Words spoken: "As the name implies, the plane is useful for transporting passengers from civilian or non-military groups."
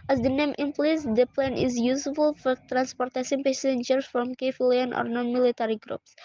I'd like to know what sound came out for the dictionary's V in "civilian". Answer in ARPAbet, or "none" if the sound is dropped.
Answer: F